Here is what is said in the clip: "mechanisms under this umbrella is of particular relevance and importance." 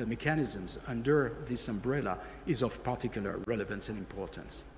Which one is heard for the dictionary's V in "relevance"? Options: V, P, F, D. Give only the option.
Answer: V